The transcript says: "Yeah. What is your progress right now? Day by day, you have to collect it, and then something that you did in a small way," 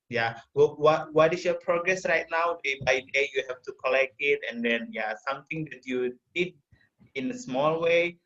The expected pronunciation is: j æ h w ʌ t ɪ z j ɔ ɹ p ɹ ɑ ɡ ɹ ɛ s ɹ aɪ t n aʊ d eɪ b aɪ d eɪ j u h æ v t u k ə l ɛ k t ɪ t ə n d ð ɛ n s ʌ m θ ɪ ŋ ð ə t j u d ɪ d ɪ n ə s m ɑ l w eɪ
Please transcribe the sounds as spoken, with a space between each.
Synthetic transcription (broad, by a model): j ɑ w w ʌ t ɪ s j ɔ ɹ p ɹ ɑ ɡ ɹ ɛ s ɹ aɪ t n aʊ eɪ b aɪ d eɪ j u h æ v t u k ə l ɛ k t ɪ t ə n d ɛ n s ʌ m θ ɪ ŋ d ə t j u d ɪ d ɪ n ə s m ɑ l w eɪ